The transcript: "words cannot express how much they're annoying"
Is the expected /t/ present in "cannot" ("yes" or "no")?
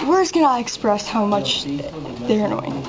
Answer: no